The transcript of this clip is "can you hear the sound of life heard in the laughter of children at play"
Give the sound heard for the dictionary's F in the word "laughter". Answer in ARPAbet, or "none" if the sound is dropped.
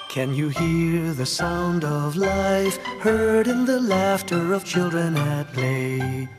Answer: F